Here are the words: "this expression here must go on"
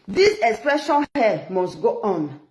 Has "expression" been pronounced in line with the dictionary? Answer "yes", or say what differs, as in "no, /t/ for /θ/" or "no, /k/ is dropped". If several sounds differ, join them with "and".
yes